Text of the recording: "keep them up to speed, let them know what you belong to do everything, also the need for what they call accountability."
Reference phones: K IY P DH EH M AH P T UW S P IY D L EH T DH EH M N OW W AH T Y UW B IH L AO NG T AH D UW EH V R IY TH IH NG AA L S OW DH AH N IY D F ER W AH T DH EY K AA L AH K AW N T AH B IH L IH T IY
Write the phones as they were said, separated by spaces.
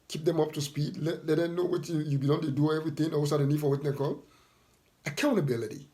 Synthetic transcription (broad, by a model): K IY P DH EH M AH P T UW S P IY D L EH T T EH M N OW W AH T Y UW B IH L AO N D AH D UW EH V R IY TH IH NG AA W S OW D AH N IY D F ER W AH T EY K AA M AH K AW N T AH B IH L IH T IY